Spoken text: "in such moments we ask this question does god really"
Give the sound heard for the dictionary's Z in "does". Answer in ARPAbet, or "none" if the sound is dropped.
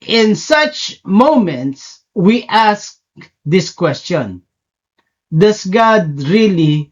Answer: S